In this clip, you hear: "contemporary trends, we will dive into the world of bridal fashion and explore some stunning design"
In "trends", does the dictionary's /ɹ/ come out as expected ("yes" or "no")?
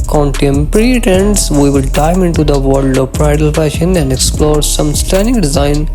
no